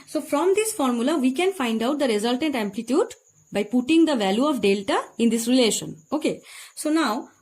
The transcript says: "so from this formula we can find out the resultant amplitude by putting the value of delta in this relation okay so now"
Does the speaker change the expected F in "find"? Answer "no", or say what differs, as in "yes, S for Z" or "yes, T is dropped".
no